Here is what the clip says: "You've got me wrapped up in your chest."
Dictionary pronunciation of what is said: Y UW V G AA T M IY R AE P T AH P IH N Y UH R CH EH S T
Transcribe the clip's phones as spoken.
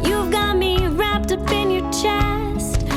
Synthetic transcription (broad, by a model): Y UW V G AA T M IY R AE P T AH P IH N Y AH R CH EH S T